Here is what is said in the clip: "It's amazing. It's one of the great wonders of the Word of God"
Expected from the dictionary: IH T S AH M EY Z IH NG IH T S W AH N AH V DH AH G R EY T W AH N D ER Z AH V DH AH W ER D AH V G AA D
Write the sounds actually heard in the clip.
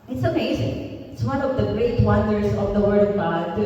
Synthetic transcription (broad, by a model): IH T S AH M EY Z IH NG IH T S W AH N AH V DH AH G R EY T W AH N D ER S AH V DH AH W ER D AH V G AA D